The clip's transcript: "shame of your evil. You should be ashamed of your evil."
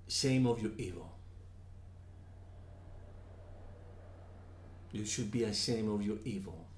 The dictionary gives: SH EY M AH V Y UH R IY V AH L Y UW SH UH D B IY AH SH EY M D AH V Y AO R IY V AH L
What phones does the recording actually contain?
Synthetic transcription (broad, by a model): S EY M AH V Y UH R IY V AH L Y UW SH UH D B IY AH S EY M AH V Y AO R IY V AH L